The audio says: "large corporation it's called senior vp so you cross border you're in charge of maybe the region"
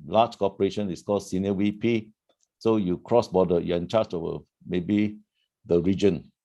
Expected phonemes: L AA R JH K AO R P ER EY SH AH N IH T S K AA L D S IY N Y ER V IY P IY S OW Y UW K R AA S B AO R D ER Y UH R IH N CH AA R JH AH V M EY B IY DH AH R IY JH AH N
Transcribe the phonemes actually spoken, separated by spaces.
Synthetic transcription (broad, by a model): L AA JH K AO P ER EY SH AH N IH S K AA L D S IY N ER W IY P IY S OW Y UW K R AA S B AO D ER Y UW IH N CH AA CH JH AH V M EY B IY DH AH R IY JH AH N